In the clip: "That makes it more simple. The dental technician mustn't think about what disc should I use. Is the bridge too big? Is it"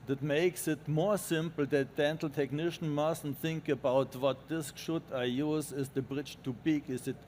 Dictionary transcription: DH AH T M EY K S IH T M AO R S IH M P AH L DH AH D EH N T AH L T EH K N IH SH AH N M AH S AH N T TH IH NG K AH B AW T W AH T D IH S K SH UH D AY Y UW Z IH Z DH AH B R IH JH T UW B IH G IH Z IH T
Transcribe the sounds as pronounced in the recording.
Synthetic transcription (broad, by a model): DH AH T M EY K S IH T M AO R S IH M P L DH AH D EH N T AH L T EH K N IH SH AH N M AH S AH N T TH IH NG K AH B AW T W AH T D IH S K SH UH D AY Y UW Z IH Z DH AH B R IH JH T UW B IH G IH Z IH T